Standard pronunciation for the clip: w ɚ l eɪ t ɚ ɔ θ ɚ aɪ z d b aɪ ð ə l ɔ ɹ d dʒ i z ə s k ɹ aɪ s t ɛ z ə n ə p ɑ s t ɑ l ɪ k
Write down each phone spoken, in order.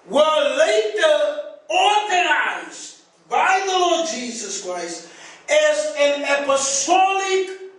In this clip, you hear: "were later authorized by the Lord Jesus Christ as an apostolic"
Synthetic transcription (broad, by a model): w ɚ l eɪ t ɚ ɔ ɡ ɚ aɪ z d b aɪ ð ə l ɔ ɹ d dʒ i z ə s k ɹ aɪ s t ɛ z ə n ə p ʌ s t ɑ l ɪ k